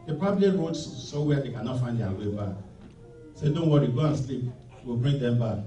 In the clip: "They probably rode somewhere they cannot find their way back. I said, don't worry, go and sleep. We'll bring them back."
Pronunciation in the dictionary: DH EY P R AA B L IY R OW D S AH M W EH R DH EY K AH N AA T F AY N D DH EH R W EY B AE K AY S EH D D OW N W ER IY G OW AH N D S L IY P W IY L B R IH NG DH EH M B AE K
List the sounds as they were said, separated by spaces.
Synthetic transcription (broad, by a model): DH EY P AA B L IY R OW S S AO W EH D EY K AH N AA T F AY N D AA W EY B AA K S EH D D OW N W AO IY G OW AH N S L IY P W IY L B R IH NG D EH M B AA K